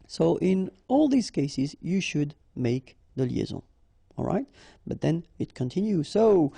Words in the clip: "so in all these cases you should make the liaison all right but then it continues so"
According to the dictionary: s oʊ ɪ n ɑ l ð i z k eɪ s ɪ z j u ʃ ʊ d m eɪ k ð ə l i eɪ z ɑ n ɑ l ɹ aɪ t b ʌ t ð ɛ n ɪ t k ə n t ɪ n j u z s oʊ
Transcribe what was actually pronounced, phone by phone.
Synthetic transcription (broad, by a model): s oʊ ɪ n ɑ l ð i z k eɪ s ɪ z j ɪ ʃ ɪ d m eɪ k ð ə l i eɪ z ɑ ɑ l ɹ aɪ t b ʌ t ð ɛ n ɪ t k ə n t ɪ n j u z s oʊ